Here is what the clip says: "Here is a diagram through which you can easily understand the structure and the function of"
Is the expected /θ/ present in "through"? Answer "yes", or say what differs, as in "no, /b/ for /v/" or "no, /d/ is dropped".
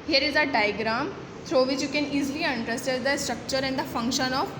no, /t/ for /θ/